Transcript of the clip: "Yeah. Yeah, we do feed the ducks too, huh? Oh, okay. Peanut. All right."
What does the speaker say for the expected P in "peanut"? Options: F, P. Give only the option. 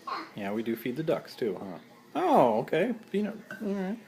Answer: F